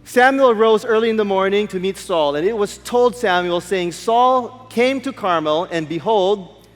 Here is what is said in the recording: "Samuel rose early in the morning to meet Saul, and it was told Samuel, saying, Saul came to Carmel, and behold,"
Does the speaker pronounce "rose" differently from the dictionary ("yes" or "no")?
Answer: no